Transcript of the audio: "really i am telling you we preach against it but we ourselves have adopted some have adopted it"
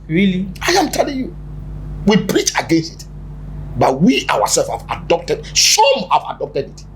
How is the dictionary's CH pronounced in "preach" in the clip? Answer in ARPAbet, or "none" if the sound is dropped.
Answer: CH